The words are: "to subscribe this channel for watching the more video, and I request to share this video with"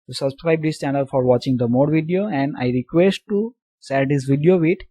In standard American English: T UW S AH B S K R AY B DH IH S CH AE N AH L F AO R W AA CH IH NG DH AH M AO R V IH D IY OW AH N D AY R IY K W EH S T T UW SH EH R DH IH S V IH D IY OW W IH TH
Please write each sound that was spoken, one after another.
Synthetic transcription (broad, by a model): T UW S AH B S K R AY B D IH S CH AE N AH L F AO R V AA CH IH NG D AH M AO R V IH D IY OW AH N D AY R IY K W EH S T T UW S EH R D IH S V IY D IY OW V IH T